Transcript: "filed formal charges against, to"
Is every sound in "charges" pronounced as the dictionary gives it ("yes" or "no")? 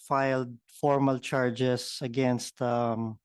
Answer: no